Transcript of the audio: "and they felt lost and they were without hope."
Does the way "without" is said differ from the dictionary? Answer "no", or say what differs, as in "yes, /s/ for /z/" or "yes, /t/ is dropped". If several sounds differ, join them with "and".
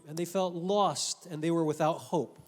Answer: no